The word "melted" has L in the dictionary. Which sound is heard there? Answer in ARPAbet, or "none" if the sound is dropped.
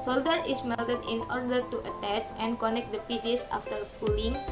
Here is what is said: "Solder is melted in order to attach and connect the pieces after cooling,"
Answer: L